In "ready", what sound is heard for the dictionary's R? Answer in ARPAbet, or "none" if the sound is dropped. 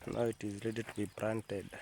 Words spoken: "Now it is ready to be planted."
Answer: L